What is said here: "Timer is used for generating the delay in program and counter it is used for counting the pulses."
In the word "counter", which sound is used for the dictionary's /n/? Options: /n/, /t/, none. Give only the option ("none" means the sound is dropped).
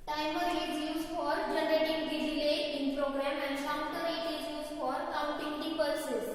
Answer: none